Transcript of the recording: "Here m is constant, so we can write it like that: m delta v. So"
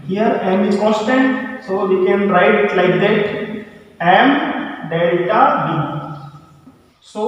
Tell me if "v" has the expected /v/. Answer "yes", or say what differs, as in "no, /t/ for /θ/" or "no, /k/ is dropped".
no, /b/ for /v/